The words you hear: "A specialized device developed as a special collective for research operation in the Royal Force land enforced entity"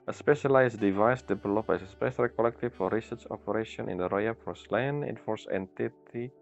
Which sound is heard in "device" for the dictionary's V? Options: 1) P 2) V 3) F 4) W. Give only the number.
2